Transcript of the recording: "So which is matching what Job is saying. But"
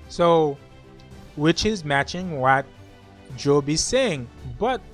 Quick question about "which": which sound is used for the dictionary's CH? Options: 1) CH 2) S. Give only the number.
1